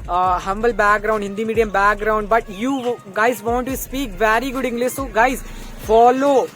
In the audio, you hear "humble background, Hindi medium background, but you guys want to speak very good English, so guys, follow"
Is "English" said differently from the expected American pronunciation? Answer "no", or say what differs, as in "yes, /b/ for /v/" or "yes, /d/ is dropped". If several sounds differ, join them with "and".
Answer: yes, /s/ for /ʃ/